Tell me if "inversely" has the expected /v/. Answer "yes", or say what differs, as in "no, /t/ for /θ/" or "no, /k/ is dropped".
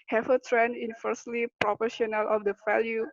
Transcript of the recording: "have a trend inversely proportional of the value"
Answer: no, /f/ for /v/